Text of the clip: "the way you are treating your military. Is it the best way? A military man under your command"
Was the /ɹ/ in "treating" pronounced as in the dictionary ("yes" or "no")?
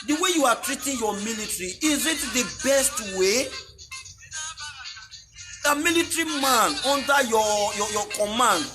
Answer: yes